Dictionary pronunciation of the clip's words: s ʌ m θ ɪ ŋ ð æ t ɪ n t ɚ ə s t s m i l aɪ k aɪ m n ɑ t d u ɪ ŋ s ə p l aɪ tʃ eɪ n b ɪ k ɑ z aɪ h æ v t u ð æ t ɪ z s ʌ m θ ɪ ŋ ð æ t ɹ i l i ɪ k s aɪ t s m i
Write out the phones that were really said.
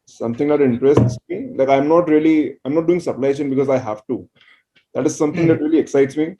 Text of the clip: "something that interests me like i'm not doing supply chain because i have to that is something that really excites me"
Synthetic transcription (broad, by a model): s ʌ m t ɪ ŋ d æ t ɪ n t ɚ ə s t s m i l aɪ k aɪ m n ɑ t d u ɪ ŋ s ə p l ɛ ʃ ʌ n b ɪ k ɑ z aɪ h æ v t u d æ t ɪ z s ʌ m t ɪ ŋ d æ t ɹ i l i ɪ k s aɪ t s m i